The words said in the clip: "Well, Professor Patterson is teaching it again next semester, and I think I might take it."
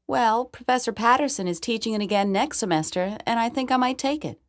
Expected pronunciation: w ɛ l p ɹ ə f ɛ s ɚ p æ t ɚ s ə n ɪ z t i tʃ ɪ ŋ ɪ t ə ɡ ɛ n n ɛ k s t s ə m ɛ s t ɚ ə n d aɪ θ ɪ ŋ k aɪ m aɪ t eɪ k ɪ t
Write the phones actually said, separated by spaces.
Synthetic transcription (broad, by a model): w ɛ l p ɹ ə f ɛ s ɚ p æ t ɚ s ə n ɪ z t i tʃ ɪ ŋ ɪ t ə ɡ ɛ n n ɛ k s t s ə m ɛ s t ɚ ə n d aɪ θ ɪ ŋ k aɪ m aɪ t eɪ k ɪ t